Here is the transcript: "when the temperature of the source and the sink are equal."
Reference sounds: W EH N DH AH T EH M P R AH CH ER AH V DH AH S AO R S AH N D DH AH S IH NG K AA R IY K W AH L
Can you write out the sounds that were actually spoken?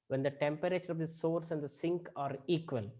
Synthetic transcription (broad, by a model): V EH N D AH T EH M P R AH CH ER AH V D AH S AO R S AH N D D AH S IH NG K AA R IY K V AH L